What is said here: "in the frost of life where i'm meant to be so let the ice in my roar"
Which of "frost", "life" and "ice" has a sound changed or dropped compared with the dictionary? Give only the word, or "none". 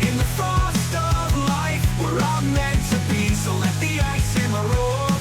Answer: frost